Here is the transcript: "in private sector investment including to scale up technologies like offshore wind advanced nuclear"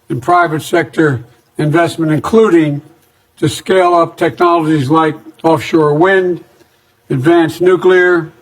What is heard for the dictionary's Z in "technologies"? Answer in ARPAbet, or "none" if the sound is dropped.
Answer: Z